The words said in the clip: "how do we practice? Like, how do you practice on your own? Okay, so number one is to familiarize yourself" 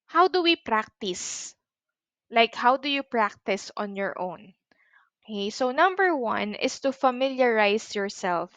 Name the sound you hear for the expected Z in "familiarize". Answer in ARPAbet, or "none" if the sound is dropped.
S